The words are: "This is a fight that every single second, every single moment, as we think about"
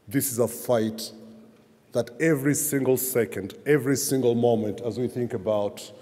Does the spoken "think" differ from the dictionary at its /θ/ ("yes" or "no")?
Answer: no